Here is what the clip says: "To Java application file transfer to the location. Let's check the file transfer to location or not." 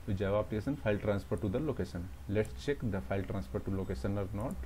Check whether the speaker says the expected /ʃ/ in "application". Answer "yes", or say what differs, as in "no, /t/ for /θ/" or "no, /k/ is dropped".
no, /s/ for /ʃ/